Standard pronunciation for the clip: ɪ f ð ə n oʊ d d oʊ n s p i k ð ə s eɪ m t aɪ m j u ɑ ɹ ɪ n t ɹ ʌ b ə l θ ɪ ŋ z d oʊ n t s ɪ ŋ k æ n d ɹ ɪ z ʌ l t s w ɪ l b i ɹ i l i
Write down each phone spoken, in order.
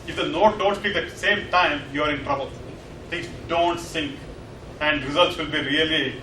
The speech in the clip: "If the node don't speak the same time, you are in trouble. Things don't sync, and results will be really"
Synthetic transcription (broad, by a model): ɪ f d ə n oʊ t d oʊ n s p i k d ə s eɪ m t aɪ m j u ɑ ɹ ɪ n t ɹ ʌ b ə l t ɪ ŋ s d oʊ n t s ɪ ŋ k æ n d ɹ ɪ z ʌ l t s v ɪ l b i ɹ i l i